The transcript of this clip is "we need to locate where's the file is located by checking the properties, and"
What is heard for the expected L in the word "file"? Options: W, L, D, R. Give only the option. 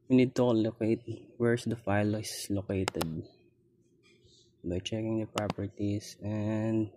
L